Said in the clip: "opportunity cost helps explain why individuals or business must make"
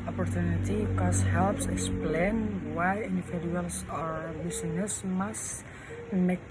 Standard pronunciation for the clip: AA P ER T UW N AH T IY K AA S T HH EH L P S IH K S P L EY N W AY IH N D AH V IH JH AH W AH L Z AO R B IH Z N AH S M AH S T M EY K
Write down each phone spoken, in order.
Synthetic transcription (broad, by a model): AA P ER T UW N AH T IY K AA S HH EH L P S IH K S P L EY N W AY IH N D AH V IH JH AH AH L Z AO R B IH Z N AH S M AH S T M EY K